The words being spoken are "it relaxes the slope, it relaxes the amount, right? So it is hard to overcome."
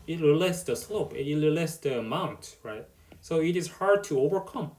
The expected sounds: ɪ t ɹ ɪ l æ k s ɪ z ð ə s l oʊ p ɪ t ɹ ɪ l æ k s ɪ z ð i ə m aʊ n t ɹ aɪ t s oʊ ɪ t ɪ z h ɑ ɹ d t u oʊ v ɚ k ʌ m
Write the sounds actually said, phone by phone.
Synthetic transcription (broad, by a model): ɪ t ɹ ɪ l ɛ s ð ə s l oʊ p ɪ t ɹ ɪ l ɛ s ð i ə m aʊ n t ɹ aɪ t s oʊ ɪ t ɪ z h ɑ ɹ d t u oʊ v ɚ k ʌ m